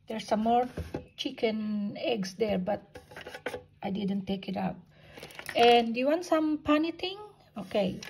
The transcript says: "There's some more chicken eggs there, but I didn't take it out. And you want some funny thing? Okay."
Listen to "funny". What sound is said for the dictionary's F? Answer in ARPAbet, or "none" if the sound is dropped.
P